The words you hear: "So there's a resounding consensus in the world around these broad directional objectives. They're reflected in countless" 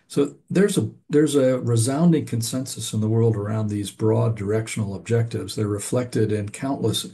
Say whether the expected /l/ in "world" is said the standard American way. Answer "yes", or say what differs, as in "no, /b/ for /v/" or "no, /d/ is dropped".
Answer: yes